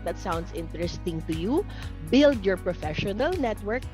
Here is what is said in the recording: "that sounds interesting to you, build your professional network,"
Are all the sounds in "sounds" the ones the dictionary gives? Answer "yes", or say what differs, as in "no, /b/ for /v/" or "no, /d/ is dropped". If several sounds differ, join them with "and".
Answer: no, /s/ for /z/